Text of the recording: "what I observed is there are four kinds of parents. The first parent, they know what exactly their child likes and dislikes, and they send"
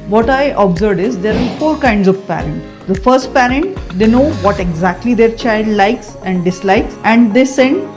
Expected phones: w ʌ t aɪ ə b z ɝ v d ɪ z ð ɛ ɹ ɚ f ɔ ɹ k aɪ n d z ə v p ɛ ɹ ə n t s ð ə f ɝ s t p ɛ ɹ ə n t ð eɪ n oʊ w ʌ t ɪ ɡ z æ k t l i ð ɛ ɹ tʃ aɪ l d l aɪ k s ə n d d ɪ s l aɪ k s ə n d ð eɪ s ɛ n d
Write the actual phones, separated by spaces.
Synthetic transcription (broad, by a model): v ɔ t aɪ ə b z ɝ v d ɪ z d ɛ ɹ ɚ f ɔ ɹ k aɪ n d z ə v p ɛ ɹ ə n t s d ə f ɝ s t p ɛ ɹ ə n t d eɪ n oʊ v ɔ t ɪ ɡ z æ k t l i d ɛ ɹ tʃ aɪ l d l aɪ k s ə n d d ɪ s l aɪ k s ə n d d eɪ s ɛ n d